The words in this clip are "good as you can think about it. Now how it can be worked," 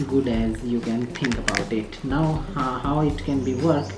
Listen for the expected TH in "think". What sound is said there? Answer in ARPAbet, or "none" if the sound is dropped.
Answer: T